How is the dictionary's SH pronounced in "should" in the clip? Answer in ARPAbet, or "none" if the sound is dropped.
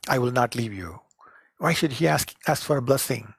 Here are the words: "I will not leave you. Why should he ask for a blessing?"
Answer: SH